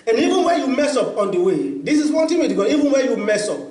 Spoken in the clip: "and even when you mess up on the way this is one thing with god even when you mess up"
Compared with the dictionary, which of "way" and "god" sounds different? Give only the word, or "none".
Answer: god